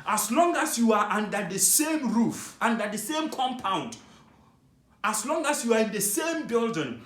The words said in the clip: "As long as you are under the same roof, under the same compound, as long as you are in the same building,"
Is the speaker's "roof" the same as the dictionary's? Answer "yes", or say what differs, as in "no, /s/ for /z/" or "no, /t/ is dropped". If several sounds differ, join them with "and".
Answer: yes